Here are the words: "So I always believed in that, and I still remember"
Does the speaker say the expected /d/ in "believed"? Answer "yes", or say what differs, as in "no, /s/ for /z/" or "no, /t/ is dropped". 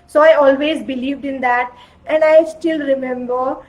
yes